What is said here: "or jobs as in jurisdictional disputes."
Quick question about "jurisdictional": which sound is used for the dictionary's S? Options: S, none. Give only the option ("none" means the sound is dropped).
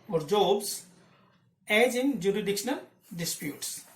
none